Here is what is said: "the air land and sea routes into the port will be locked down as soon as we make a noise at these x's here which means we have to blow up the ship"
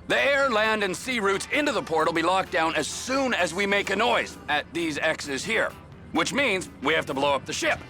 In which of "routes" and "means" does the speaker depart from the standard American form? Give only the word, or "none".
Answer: none